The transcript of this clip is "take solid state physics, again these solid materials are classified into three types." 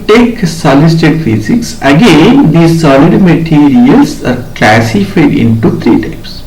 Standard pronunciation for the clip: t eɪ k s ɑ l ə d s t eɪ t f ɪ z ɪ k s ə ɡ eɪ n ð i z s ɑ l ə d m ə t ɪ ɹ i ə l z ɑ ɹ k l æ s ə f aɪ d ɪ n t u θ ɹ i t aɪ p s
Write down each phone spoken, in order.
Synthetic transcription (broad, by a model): t eɪ k s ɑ l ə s t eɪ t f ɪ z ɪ k s ə ɡ eɪ n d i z s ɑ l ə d m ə t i ɹ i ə l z ɑ ɹ k l æ s ə f aɪ d ɪ n t u t ɹ i t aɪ p s